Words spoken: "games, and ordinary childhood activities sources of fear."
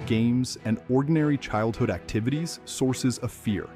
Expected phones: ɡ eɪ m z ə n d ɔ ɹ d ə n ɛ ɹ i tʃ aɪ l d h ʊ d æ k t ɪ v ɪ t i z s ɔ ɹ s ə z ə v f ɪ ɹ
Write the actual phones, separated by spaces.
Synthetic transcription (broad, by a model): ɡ eɪ m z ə n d ɔ ɹ d n ɛ ɹ i tʃ aɪ l d h ʊ d æ k t ɪ v ɪ t i z s ɔ ɹ s ə z ə v f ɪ ɹ